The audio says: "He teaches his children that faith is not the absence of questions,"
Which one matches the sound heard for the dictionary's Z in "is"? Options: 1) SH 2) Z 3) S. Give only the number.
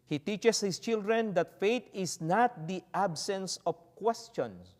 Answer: 3